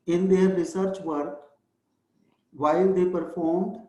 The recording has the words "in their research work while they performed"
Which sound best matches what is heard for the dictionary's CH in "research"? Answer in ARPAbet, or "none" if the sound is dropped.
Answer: CH